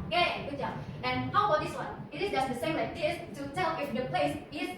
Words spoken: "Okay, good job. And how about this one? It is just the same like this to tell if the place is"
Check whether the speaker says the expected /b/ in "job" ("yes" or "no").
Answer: no